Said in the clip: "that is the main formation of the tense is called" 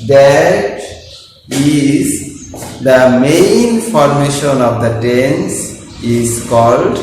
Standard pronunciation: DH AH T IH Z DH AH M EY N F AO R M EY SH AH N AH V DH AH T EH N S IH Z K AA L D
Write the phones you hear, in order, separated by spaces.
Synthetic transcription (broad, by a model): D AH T IH Z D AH M EY N F AO R M EY SH AH N AH V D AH T EH N S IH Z K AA L D